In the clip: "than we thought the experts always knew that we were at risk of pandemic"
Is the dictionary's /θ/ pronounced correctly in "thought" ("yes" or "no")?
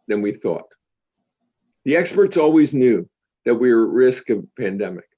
yes